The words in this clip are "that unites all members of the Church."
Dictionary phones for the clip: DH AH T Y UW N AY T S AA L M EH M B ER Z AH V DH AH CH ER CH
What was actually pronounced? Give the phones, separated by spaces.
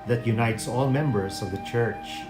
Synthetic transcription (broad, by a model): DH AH T Y UW N AY T S AA L M EH M B ER S AH V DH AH CH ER CH